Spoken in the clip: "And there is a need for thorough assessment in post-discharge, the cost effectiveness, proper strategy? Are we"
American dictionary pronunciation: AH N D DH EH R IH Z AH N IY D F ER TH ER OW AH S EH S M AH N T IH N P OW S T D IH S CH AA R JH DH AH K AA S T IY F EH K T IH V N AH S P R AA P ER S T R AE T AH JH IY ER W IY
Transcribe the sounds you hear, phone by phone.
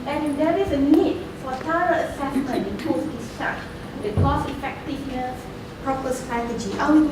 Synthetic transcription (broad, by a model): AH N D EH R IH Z AH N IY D F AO T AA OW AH S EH S M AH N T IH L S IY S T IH CH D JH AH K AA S IY F EH K T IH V N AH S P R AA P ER S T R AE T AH JH IY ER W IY